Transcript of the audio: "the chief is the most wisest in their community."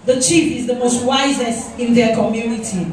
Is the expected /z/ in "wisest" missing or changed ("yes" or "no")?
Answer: no